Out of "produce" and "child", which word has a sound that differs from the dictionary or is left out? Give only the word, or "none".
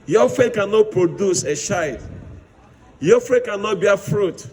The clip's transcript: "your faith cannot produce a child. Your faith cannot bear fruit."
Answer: child